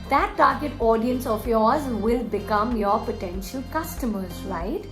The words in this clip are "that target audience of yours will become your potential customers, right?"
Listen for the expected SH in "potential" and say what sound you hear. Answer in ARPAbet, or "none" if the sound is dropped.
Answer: SH